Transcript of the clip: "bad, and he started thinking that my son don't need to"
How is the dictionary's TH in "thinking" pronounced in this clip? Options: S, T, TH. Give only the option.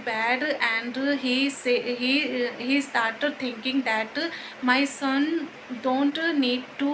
T